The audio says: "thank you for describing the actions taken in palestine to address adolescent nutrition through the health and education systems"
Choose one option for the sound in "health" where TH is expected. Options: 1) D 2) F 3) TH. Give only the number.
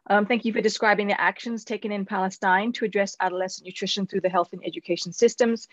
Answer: 3